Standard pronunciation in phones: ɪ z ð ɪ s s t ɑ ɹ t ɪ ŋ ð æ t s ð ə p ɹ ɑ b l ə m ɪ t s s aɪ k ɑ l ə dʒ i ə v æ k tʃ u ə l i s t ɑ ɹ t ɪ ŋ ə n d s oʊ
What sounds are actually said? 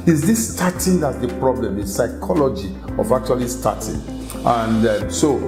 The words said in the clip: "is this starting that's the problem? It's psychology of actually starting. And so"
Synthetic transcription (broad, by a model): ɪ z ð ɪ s s t ɑ t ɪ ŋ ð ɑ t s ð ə p ɹ ɑ b l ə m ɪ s s aɪ k ɑ l ə dʒ i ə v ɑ k tʃ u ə l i s t ɑ t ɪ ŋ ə n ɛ s oʊ